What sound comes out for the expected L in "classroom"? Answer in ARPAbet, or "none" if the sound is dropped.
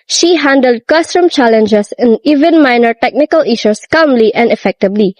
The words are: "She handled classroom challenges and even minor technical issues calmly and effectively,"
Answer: none